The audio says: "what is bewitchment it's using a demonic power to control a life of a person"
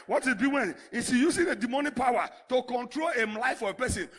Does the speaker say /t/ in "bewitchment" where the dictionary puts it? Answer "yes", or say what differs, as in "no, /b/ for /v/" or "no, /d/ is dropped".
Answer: no, /t/ is dropped